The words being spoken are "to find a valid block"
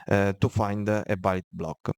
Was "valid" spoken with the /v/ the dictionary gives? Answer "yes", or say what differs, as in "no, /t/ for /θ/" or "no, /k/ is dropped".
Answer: no, /b/ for /v/